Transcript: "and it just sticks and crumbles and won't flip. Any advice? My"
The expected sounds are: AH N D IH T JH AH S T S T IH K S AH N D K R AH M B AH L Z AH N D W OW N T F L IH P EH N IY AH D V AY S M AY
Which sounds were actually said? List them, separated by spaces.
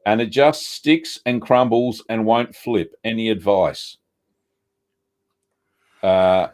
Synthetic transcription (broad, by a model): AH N IH T JH AH S T S T IH K S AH N K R AH M B L Z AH N W OW N T F L IH P EH N IY AH D V AY S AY